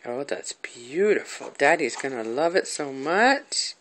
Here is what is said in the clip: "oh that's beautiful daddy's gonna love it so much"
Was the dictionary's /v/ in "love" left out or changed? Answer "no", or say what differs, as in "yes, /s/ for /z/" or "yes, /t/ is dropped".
no